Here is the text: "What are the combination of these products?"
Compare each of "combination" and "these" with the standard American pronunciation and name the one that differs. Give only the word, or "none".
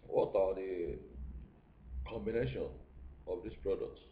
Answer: these